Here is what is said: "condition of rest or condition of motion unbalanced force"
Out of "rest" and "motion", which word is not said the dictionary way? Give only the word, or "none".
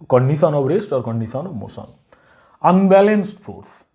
motion